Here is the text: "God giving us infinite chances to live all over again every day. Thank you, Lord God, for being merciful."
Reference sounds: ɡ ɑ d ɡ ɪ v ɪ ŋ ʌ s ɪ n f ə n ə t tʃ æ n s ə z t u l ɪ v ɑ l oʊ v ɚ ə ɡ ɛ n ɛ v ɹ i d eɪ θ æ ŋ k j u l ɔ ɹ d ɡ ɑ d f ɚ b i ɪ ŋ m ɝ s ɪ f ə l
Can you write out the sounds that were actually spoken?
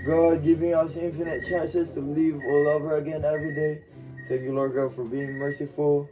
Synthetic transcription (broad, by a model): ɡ ɑ d ɡ ɪ v ɪ ŋ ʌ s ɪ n f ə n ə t tʃ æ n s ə s t u l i v ɑ l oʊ v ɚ ə ɡ ɛ n ɛ v ɹ i d eɪ t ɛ k j u l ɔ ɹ ɡ ɑ d f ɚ b i ɪ ŋ m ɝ s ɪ f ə l